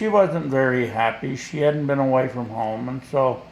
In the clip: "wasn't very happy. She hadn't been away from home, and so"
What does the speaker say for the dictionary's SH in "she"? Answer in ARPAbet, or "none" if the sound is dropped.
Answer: SH